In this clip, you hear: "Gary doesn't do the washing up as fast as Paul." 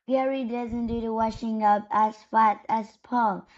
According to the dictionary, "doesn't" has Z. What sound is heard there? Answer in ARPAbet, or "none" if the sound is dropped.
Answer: Z